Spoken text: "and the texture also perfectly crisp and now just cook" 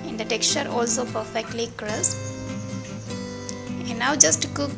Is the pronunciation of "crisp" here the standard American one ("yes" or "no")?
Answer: no